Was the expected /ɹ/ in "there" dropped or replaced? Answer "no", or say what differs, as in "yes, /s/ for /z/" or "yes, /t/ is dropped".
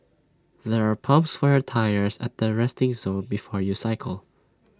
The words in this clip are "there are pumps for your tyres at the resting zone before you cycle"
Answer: no